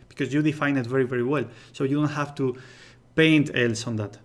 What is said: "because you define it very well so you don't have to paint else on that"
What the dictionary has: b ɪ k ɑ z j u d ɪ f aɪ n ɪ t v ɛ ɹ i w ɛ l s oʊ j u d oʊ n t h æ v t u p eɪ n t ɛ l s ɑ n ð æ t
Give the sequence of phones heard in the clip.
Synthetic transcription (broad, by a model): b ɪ k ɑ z j u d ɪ f aɪ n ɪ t v ɛ ɹ i w ɛ l s oʊ j u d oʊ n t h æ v t u p eɪ n t ɛ l s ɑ n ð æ t